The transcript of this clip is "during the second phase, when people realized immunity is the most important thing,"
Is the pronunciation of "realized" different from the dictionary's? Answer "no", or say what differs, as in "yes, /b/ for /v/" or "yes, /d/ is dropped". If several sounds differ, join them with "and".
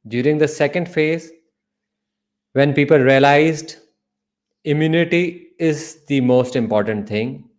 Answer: no